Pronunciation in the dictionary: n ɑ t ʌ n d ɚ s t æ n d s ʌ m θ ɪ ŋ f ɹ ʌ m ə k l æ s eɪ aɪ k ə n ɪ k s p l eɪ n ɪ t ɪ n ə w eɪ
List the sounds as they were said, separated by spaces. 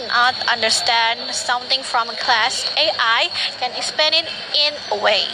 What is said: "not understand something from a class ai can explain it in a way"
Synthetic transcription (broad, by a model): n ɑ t ʌ n d ɚ s t æ n d s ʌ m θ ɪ ŋ f ɹ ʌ m ə k l æ s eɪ aɪ k ə n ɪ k s p eɪ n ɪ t ɪ n ə w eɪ